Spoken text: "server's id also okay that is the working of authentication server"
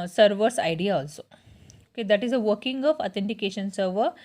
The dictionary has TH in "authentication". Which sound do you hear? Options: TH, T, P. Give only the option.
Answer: T